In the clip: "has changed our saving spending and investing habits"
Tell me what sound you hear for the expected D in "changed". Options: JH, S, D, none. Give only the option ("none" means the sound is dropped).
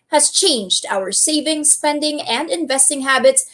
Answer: D